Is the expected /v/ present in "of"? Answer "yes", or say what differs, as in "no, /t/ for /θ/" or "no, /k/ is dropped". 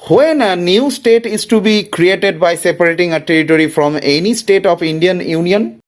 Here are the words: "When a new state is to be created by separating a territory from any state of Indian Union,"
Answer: no, /p/ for /v/